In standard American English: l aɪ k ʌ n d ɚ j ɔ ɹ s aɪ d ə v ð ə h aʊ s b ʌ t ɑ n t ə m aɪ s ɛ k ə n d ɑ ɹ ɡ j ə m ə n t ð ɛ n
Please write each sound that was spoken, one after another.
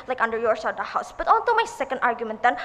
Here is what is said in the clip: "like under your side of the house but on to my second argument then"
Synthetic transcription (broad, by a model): l aɪ k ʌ n d ɚ j ɔ ɹ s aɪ ə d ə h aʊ s b ʌ t ɑ n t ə m aɪ s ɛ k ə n d ɑ ɹ ɡ j ə m ə n t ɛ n